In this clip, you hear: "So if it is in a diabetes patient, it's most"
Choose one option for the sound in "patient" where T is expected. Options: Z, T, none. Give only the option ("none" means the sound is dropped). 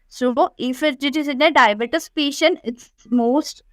none